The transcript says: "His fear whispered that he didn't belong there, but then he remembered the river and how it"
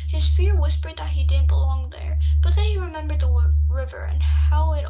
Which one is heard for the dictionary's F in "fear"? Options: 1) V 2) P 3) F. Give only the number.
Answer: 3